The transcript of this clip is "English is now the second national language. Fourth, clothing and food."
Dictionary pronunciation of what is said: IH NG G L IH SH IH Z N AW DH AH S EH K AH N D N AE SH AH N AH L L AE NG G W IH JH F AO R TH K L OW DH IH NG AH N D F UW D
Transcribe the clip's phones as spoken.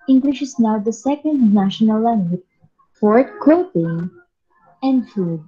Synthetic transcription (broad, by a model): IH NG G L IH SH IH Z N AW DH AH S EH K AH N D N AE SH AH N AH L L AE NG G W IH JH F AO R T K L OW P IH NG AH N D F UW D